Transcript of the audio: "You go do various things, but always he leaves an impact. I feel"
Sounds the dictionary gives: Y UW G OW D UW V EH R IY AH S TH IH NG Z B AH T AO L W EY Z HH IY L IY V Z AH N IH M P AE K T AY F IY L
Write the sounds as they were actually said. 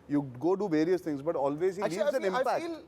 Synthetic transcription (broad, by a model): Y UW G OW D UW V EH R IY AH S T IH NG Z B AH T AO L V EY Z HH IY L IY Z AH N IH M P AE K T